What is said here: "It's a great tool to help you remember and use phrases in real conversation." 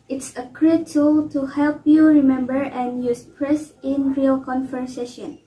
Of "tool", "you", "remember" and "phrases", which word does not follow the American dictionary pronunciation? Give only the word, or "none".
phrases